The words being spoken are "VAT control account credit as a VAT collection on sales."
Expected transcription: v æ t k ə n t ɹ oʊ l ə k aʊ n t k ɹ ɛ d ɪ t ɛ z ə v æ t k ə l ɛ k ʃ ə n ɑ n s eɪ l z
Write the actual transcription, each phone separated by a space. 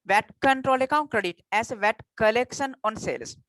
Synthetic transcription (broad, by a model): v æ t k ə n t ɹ oʊ l ə k aʊ n t k ɹ ɛ d ɪ t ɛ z v æ t k ə l ɛ k ʃ ə n ɑ n s eɪ l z